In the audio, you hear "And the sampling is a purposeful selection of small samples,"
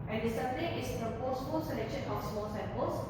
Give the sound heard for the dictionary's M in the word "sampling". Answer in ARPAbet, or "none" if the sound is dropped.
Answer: none